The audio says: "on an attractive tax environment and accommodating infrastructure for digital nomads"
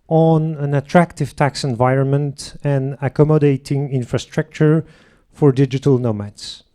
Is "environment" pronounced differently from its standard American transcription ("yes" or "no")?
no